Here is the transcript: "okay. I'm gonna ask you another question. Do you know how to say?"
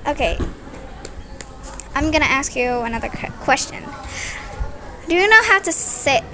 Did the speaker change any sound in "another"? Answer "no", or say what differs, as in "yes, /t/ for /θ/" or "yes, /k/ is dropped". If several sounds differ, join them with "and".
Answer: no